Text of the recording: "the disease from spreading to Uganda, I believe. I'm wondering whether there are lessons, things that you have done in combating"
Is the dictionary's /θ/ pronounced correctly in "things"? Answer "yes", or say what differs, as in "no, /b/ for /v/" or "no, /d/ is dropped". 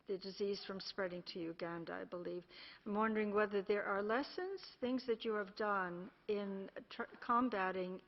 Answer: yes